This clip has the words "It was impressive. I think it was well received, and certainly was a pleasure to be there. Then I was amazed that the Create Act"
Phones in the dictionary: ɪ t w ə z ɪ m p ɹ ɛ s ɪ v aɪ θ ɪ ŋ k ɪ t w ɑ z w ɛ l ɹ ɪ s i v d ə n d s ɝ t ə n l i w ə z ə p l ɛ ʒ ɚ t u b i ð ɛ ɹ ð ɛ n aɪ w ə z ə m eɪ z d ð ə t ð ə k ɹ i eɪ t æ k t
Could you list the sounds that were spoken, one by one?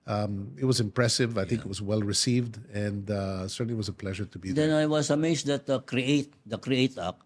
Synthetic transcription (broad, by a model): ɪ t w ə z ɪ m p ɹ ɛ s ɪ v aɪ θ ɪ ŋ k ɪ t w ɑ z w ɛ l ɹ ɪ s i v d ə n d s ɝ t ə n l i w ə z ə p l ɛ ʒ ɚ t u b i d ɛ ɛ n aɪ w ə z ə m eɪ s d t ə t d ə k ɹ i eɪ t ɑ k